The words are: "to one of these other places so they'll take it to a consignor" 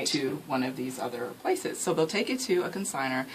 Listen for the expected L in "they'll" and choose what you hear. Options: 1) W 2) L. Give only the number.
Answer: 2